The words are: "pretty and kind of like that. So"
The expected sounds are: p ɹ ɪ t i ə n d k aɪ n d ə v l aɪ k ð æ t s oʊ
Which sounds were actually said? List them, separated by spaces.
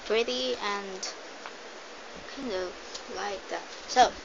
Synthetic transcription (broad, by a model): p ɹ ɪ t i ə n k aɪ n d ə v l aɪ k ð æ t s oʊ